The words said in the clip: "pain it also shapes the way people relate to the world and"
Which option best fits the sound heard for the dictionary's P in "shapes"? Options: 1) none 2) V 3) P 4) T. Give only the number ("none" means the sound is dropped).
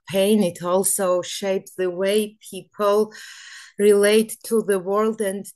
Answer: 3